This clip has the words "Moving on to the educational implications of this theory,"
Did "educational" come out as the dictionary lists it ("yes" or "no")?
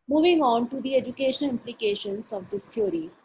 no